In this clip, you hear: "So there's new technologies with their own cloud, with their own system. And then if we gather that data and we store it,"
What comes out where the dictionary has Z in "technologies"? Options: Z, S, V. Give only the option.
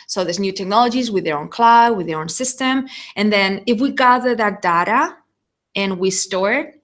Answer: Z